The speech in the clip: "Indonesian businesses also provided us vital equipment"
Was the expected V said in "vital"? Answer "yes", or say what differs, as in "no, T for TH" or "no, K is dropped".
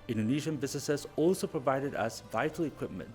yes